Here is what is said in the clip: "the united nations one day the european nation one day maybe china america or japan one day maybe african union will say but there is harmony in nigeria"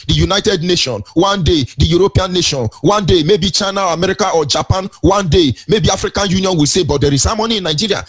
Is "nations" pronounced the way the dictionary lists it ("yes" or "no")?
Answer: no